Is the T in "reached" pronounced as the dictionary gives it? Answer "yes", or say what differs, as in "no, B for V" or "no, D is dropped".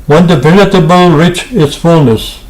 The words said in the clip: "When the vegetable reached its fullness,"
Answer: no, T is dropped